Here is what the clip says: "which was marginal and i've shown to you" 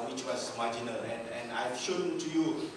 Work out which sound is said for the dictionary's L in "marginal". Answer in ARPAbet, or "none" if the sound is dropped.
N